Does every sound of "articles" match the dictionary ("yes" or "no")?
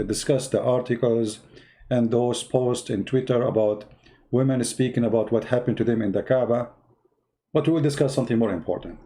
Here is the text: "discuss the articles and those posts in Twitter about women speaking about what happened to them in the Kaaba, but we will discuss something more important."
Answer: yes